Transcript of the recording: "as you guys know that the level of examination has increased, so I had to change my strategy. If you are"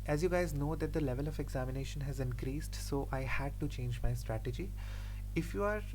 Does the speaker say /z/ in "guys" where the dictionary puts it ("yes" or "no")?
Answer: yes